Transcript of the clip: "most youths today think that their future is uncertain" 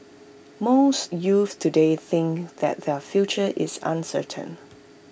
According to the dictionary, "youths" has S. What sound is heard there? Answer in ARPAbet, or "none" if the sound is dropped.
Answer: none